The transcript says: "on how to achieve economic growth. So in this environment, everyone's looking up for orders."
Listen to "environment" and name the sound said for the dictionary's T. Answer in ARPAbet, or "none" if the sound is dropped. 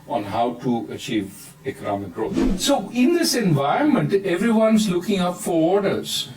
T